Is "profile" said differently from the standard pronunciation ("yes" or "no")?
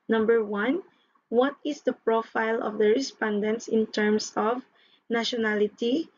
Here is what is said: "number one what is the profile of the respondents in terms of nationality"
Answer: no